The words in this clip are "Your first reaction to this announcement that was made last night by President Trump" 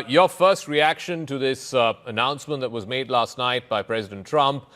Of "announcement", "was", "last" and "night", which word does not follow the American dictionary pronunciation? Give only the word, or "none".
none